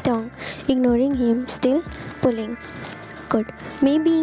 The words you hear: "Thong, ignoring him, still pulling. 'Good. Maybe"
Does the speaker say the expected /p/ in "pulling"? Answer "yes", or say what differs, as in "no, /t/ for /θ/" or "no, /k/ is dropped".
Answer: yes